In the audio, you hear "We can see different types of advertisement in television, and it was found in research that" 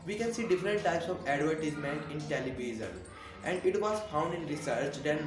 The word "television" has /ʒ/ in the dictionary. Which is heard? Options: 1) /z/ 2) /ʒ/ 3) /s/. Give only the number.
1